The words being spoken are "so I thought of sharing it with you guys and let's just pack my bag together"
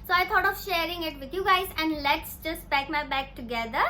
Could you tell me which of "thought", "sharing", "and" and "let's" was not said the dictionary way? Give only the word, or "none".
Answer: thought